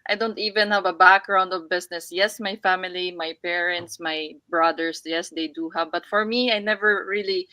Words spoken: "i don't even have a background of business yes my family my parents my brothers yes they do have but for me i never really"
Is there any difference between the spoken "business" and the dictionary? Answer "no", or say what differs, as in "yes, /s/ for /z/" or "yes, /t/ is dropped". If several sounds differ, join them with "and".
yes, /s/ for /z/